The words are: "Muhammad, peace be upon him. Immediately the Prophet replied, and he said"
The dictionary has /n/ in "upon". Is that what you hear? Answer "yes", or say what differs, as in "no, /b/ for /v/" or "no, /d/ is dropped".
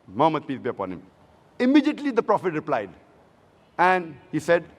yes